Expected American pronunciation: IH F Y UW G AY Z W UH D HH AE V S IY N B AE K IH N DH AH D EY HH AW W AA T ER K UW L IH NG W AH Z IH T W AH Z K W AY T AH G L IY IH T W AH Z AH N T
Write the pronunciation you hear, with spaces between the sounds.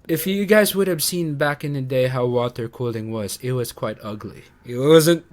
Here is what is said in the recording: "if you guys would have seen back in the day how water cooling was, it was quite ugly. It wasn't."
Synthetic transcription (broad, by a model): IH F Y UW G AY Z W UH D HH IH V S IY N B AE K IH N DH AH D EY HH AW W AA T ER K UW L IH NG W AH Z IH T W AH Z K W AY T AH G L IY IH T W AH Z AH N T